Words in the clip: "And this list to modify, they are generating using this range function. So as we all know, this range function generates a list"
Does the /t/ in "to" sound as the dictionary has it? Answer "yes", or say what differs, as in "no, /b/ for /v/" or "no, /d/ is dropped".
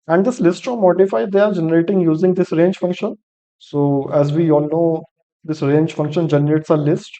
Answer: no, /s/ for /t/